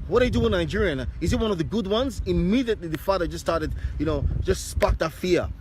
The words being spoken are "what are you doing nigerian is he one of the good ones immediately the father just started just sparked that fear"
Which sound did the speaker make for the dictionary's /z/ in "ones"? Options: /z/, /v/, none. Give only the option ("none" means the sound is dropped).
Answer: /z/